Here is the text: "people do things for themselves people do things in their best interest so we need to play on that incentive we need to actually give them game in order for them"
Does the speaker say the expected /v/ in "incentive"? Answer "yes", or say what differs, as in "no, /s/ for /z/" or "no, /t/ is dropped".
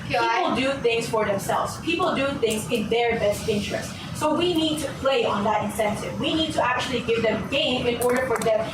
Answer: yes